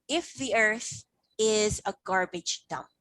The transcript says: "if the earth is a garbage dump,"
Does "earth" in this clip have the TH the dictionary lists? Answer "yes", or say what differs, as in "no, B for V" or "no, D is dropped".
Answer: yes